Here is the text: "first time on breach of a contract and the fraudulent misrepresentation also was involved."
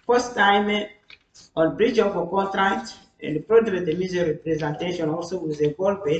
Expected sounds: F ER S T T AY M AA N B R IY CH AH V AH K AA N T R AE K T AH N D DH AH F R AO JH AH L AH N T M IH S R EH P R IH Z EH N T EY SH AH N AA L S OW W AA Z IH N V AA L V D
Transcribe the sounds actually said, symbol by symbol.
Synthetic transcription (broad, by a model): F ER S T T AY M AA N B R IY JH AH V AH K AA N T R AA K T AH N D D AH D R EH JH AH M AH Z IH R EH P R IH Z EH N T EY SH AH N AA L S OW W AA Z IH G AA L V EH